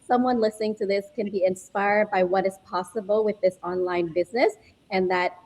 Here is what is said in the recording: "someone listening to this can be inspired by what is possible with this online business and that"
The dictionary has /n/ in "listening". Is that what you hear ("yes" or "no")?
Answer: yes